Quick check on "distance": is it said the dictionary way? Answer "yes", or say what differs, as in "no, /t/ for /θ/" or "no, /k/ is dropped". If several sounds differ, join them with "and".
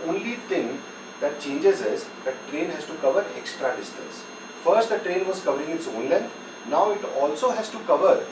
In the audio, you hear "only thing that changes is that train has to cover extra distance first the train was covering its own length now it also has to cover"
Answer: yes